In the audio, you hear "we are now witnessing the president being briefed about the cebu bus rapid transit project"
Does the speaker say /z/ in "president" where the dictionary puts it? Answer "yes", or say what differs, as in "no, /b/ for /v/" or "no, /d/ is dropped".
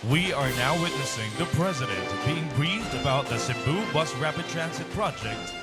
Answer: yes